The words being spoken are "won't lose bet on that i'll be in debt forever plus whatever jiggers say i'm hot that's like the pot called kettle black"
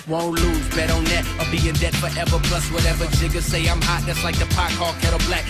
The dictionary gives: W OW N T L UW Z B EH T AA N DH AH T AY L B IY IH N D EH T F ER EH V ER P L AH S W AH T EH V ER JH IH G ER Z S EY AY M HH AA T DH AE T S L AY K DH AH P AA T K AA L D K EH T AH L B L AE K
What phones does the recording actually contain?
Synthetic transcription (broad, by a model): W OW N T L UW Z B EH T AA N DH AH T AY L B IY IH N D EH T F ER EH V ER B L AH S W AH T EH V ER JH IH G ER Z S EY AY M HH AA T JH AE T S L AY K DH AH P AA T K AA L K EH T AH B L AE K